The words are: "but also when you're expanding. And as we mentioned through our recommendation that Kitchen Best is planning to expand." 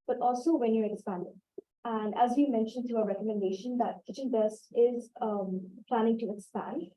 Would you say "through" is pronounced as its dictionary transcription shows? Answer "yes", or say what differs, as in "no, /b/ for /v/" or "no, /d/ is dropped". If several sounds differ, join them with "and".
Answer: no, /t/ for /θ/